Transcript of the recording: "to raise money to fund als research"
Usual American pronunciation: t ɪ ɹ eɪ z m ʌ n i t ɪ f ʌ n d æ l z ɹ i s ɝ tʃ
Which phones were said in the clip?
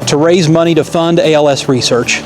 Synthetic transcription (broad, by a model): t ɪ ɹ eɪ z m ʌ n i t ɪ f ʌ n d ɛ l s ɹ i s ɝ tʃ